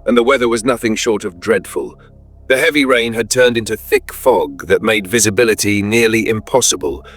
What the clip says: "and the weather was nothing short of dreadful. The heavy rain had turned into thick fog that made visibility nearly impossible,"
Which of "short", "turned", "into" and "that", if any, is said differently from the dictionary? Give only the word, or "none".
none